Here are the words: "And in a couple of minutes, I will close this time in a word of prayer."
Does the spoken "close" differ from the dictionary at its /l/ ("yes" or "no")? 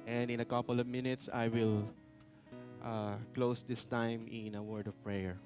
no